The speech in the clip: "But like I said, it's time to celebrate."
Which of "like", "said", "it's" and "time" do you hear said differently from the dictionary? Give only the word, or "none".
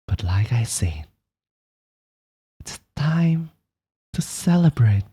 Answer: said